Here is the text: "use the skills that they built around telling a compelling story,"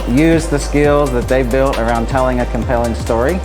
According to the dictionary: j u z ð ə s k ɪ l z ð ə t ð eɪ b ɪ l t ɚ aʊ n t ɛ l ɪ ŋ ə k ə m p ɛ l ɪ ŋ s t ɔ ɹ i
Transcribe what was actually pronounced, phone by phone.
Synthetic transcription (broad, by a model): j u z ð ə s k ɪ l z ð ə t ð eɪ b ɪ l t ɚ aʊ n t ɛ l ɪ ŋ ə k ə m p ɛ l ɪ ŋ s t ɔ ɹ i